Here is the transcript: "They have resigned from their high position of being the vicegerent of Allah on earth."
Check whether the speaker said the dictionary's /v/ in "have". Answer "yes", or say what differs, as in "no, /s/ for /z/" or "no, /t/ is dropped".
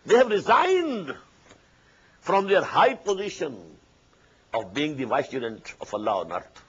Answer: yes